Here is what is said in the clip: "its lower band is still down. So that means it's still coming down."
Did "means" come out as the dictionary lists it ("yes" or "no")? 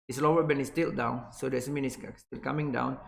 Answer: no